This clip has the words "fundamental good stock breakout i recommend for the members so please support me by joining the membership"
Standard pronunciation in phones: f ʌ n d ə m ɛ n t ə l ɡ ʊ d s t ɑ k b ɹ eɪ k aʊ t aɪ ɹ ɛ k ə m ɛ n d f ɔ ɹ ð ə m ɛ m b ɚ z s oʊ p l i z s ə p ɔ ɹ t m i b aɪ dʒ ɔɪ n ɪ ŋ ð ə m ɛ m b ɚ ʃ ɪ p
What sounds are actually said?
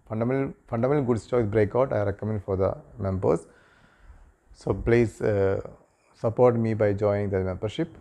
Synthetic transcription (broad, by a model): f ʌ n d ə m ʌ n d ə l ɡ ʊ d s t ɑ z b ɹ eɪ k aʊ t aɪ ɹ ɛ k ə m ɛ n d f ɔ ɹ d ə m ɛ m b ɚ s s oʊ p l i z s ə p ɔ ɹ t m i b aɪ dʒ ɔɪ ɪ ŋ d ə m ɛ m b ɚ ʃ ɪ p